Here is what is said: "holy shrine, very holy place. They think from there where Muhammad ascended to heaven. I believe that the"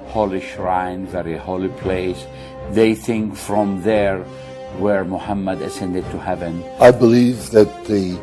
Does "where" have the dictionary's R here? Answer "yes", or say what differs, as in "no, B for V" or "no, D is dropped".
yes